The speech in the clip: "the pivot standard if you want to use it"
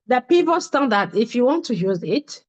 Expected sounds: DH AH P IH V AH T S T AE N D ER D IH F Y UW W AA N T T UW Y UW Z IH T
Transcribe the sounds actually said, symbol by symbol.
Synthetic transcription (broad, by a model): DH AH P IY P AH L S T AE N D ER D IH F Y UW W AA N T T UW Y UW Z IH T